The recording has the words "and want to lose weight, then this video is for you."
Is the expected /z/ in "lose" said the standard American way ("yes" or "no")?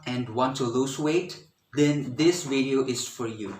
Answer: no